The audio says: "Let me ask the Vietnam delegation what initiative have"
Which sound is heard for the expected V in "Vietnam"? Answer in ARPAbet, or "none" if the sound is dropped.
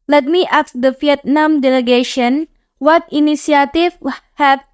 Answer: F